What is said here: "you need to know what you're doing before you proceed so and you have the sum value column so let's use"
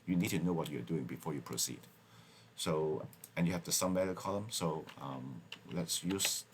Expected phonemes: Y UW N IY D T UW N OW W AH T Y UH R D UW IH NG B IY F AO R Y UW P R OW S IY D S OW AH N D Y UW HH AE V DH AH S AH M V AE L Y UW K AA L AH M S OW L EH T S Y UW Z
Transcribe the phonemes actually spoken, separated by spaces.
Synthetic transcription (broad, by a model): Y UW N IY D T UW N OW W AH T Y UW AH D UW IH NG B IY F AO R Y UW P R OW S IY D S OW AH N Y UW HH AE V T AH S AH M B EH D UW K AA L AH M S OW L EH T S Y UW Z